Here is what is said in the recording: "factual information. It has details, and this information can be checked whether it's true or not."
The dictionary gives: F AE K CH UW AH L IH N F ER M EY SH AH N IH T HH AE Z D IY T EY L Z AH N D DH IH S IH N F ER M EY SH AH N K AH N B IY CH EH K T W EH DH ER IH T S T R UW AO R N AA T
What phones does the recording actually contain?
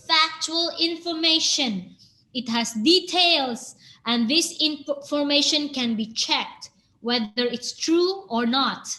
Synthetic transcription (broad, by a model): F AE K CH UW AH L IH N F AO M EY SH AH N IH T HH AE S D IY T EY L S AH N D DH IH S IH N F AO M EY SH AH N K AH N B IY CH EH K T W EH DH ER IH T S T R UW AO R N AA T